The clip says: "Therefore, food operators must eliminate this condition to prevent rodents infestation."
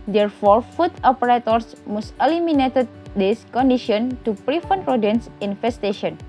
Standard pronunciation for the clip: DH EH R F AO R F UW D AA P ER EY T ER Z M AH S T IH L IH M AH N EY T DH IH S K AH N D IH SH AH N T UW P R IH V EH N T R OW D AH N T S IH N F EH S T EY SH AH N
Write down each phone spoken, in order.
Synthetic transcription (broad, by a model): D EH R F AO R F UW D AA P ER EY T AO S M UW S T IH L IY M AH N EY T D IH S K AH N D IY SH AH N T UW P R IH F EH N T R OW D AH N S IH N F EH S T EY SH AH N